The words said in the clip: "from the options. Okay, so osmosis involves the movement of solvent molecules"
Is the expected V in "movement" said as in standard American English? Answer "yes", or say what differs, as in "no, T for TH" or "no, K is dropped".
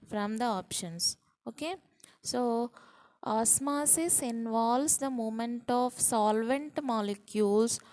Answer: no, V is dropped